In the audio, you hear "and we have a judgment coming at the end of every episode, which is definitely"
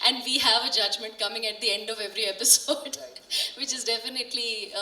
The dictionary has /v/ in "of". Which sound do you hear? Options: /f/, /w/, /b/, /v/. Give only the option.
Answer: /v/